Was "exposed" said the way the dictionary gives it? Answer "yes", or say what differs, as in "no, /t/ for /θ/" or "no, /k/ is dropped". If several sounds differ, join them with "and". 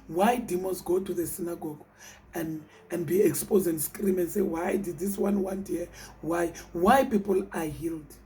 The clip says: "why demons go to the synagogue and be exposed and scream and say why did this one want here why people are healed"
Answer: no, /d/ is dropped